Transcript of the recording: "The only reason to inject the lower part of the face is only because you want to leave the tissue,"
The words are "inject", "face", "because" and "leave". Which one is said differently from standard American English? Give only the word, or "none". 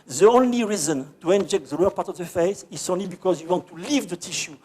none